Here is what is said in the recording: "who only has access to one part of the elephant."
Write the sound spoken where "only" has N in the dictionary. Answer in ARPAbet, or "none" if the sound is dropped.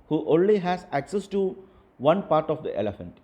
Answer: N